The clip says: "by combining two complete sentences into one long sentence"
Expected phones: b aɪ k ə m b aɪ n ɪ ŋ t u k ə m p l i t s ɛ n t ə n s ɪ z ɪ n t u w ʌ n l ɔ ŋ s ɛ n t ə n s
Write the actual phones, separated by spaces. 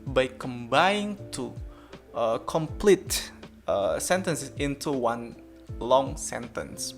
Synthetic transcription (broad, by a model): b aɪ k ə m b aɪ ɪ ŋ t u k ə m p l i t s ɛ n t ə n s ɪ s ɪ n t u w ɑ n l ɔ ŋ s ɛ n t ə n s